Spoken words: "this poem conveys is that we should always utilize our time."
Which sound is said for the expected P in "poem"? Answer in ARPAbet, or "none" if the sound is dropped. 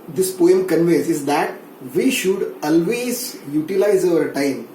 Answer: P